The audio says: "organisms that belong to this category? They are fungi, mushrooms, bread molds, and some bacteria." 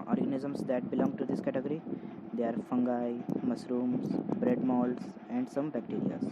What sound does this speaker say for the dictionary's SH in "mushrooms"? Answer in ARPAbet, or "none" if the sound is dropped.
S